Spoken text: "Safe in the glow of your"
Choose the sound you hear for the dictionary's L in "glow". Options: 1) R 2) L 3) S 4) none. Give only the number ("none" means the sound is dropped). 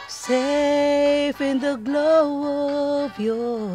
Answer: 2